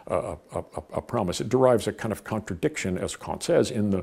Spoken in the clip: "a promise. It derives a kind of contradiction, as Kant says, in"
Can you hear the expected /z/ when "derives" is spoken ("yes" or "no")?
yes